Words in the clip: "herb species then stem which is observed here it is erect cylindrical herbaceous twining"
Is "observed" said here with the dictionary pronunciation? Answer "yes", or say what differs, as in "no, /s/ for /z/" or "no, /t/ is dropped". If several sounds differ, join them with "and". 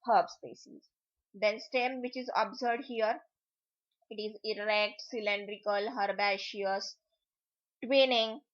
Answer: no, /v/ is dropped